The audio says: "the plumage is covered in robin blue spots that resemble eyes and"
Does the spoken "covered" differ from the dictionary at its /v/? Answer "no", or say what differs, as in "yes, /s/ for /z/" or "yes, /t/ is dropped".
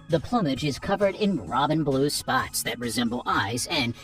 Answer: no